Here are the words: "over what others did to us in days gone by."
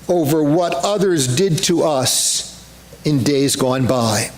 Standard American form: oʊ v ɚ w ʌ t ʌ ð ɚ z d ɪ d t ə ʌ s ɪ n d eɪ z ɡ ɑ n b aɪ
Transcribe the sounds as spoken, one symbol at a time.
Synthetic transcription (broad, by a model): oʊ v ɚ w ʌ t ʌ ð ɚ z d ɪ d t ə ʌ s ɪ n d eɪ z ɡ ɑ n b aɪ